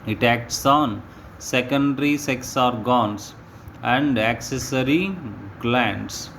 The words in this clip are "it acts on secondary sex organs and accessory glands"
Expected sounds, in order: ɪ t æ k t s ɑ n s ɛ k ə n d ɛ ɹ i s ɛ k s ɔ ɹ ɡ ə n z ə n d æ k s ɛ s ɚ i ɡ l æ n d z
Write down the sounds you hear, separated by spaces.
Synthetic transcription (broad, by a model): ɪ t æ k t s ɑ n s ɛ k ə n d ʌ ɹ i s ɛ k s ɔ ɹ ɡ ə n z ə n d æ k s ɛ s ɚ i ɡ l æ n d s